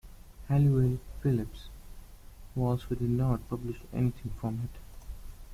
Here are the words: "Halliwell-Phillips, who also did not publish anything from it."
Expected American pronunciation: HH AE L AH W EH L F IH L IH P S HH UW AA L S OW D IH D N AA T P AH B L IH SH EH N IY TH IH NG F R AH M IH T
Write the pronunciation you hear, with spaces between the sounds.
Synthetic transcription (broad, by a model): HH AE L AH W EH L F IH L IH P S HH UW AA L S OW D IH D N AA T P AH B L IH SH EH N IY T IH NG F R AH M IH T